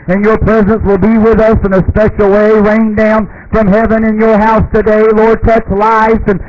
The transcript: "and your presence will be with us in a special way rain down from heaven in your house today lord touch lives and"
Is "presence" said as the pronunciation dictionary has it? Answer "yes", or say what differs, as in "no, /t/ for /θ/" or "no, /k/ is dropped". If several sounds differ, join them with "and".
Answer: yes